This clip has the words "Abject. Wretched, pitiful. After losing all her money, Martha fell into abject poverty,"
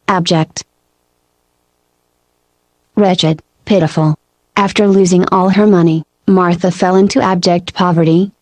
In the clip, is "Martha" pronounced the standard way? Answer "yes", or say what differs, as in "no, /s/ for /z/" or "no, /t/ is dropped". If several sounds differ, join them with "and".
yes